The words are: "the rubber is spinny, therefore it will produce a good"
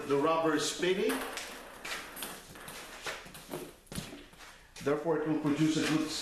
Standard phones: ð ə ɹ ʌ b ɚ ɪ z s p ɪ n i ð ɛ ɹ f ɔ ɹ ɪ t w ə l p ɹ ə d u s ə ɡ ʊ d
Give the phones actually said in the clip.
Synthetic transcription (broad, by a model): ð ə ɹ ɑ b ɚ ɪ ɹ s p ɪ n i ð ɛ ɹ f ɔ ɹ ɪ t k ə n p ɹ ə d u s ə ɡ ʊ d